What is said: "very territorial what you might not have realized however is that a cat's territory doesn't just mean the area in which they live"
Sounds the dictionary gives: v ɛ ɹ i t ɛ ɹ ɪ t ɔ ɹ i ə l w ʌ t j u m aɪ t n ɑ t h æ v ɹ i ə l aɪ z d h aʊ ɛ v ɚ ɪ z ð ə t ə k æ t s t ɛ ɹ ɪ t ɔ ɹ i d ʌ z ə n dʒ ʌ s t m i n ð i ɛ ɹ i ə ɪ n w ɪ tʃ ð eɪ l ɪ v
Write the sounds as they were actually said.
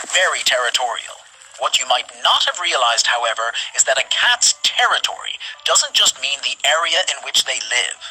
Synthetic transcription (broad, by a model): v ɛ ɹ i t ɛ ɹ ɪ t ɔ ɹ i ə l w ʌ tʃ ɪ m aɪ t n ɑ t h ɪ v ɹ i ə l aɪ z d h aʊ ɛ v ɚ ɪ z ð ə t ə k æ t s t ɛ ɹ ɪ t ɔ ɹ i d ʌ z ə n dʒ ʌ s t m i n ð i ɛ ɹ i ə ɪ n w ɪ tʃ ð eɪ l ɪ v